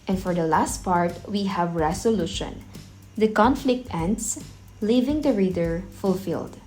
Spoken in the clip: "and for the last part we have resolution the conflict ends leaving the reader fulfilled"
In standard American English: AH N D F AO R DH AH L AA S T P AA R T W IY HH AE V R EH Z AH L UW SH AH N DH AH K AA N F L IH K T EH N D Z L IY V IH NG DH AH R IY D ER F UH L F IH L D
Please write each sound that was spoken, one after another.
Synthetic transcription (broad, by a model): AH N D F AO R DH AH L AA S T P AA R T W IY HH AE V R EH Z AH L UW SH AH N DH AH K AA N F L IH K T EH N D S L IY V IH NG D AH R IY D ER F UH L F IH L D